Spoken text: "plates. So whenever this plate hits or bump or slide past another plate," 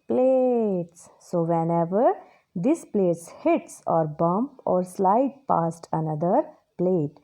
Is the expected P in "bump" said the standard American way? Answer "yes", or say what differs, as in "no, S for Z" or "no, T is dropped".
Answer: yes